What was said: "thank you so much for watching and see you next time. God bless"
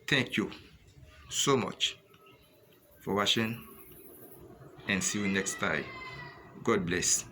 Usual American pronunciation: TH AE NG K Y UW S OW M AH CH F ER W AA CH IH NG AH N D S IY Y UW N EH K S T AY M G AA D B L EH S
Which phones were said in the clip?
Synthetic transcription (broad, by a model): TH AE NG K Y UW S OW M AH CH F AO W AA SH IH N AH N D S IY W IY N EH K S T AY G AA D B L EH S